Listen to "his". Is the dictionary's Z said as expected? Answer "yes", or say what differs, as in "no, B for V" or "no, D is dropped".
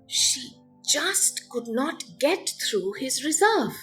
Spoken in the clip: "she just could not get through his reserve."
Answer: yes